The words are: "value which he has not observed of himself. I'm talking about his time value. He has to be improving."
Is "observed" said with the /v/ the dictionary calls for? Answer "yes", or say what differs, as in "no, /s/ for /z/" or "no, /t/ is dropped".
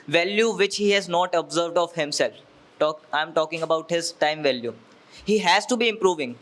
yes